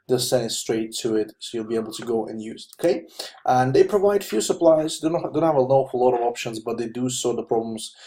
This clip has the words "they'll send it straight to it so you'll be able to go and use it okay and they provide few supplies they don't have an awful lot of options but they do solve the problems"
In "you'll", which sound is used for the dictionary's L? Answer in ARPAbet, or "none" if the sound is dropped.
L